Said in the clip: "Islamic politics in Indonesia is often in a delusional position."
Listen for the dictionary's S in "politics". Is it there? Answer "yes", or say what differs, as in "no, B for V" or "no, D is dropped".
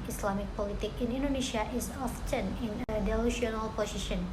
no, S is dropped